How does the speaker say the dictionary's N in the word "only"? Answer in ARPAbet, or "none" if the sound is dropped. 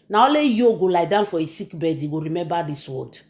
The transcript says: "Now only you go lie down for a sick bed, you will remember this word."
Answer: none